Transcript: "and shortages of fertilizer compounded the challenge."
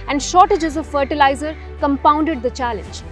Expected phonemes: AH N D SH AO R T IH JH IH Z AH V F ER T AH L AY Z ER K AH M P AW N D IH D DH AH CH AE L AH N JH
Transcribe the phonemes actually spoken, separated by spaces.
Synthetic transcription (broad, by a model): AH N D SH AO T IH JH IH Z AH F ER T AH L AY Z ER K AH M P AW N D IH D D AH CH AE L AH N JH